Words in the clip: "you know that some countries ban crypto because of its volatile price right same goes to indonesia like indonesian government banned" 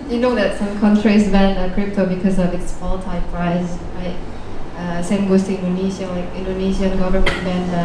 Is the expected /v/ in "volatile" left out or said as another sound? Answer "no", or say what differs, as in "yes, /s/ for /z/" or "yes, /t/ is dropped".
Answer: yes, /p/ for /v/